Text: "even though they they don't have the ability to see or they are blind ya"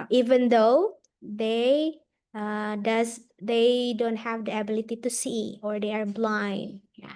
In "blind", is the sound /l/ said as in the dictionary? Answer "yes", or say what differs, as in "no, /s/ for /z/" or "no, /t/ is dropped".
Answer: yes